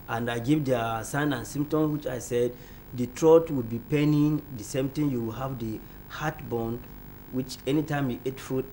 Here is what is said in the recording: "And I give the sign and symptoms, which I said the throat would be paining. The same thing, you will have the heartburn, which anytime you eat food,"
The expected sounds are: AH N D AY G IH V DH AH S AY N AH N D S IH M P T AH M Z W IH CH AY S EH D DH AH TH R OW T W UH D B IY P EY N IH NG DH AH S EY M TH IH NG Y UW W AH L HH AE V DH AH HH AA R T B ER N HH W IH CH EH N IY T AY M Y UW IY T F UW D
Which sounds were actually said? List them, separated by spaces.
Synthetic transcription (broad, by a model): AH N D AY G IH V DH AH S AY N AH N S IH M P T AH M W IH CH AY S EH D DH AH T R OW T W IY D B IY P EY N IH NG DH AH S EY M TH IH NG Y UW W AH L HH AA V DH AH HH AA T B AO N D W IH CH EH N IY T AY M Y UW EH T F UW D